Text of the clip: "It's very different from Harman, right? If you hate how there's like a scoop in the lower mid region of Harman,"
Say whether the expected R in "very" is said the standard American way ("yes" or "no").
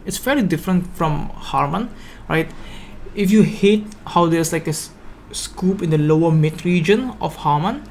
no